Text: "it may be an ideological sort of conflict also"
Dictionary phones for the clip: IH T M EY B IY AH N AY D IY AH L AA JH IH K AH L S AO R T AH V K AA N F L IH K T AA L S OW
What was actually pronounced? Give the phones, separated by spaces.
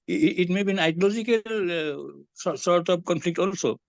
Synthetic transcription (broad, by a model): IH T M EY B IY N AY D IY L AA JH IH K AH L S AO R T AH P K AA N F L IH K T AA L S OW